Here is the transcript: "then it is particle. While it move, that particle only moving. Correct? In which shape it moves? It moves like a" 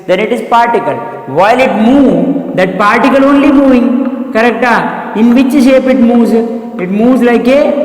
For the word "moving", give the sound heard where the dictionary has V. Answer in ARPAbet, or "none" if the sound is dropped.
V